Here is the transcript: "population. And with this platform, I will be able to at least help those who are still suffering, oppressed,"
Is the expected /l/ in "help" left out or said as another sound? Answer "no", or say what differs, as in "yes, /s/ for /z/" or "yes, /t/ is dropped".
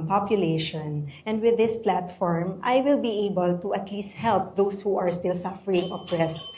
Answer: no